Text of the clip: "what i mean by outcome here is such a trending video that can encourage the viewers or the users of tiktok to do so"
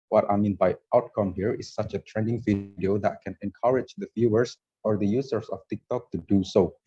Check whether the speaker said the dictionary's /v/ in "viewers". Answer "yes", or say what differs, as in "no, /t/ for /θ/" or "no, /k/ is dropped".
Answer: no, /f/ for /v/